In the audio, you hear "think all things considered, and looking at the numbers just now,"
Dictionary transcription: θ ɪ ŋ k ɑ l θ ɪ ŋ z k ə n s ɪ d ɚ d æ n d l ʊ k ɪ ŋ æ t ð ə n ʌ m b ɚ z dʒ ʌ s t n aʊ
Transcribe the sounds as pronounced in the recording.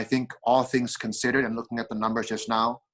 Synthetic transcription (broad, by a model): θ ɪ ŋ k ɑ l θ ɪ ŋ z k ə n s ɪ d ɚ d n l ʊ k ɪ ŋ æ t ð ə n ʌ m b ɚ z dʒ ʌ s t n aʊ